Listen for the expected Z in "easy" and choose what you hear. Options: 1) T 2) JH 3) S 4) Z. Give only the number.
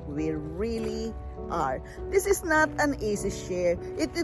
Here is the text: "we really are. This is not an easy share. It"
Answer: 3